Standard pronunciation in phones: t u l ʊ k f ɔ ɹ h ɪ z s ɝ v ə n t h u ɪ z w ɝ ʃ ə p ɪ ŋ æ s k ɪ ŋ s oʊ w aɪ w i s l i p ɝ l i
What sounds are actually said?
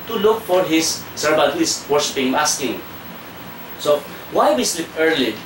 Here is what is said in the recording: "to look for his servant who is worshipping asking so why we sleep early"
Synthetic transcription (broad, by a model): t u l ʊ k f ɔ ɹ h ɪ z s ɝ b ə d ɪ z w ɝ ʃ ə p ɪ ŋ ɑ s k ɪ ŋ s oʊ w aɪ w i s l i p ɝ l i